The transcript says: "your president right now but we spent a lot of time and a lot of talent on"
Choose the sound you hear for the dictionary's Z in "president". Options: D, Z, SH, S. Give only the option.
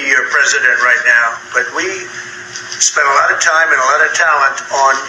Z